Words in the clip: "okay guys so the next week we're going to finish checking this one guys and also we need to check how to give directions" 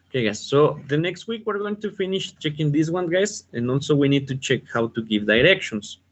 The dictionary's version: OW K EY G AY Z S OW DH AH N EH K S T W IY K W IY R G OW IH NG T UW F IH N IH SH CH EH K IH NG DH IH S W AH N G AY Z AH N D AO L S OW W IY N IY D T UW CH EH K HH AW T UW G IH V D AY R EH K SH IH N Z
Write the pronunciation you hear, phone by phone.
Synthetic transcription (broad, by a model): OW K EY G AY S OW DH AH N EH K S T W IY K W IY R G OW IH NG T UW F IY N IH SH CH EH K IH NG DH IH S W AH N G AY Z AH N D AO L S OW W IY N IY D T UW CH EH K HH AW T UW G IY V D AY R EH K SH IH N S